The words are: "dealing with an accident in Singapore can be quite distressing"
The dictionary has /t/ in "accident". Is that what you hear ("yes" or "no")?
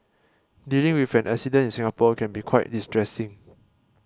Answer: no